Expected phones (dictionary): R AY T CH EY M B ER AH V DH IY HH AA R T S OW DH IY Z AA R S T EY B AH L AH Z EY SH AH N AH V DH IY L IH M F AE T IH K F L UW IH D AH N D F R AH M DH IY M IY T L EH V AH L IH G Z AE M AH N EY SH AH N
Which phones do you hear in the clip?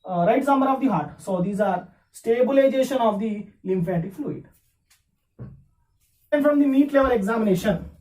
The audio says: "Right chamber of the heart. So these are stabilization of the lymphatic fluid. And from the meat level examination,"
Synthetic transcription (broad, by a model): R AY T S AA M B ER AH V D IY HH AA R T S OW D IY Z AA R S T EY B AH L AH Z EY SH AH N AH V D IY L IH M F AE T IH K F L UW IH D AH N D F R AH M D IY M IY T L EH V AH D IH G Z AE M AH N EY SH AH N